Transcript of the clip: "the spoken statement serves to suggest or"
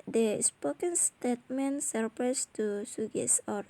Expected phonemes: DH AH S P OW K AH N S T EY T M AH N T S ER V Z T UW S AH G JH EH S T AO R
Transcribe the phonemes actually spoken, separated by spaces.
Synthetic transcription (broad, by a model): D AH S P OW K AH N S T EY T M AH N S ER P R T UW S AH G EH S AO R